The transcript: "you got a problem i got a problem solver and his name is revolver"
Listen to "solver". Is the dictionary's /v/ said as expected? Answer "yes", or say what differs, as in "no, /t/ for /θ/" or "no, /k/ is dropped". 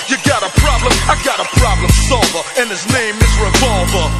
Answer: yes